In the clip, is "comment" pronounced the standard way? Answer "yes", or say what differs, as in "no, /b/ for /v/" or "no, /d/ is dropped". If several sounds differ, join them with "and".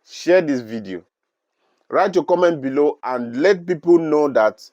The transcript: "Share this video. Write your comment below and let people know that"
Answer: yes